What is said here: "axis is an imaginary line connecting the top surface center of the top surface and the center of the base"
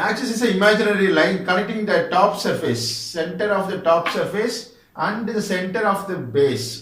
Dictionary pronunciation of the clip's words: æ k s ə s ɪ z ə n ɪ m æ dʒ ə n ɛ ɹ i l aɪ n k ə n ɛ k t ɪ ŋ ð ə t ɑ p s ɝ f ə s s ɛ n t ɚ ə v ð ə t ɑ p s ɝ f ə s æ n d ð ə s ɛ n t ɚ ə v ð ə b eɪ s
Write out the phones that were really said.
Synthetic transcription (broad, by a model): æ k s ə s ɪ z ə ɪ m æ dʒ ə n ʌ ɹ i l aɪ n k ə l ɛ k t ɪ ŋ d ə t ɑ p s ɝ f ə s s ɛ n t ɚ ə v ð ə t ɑ p s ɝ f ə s æ n d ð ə s ɛ n t ɚ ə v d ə b eɪ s